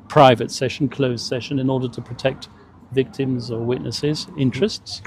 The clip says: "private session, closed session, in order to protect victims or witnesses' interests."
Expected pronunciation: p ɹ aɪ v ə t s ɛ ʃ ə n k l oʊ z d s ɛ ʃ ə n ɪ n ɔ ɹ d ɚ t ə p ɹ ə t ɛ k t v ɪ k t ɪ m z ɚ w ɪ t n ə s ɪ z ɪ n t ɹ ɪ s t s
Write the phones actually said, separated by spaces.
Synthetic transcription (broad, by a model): p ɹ aɪ v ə t s ɛ ʃ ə n k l oʊ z s ɛ ʃ ə n ɪ n ɔ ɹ d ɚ t ə p ɹ ə t ɛ k t v ɪ k t ɪ m z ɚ w ɪ t n ə s ɪ z ɪ n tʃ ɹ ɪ s t s